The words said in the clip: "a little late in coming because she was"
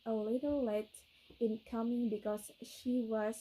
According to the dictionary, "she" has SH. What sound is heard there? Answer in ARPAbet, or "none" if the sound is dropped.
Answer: SH